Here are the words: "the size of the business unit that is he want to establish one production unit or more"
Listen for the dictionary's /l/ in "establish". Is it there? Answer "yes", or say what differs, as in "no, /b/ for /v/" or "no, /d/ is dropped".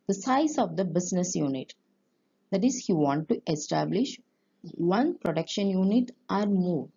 yes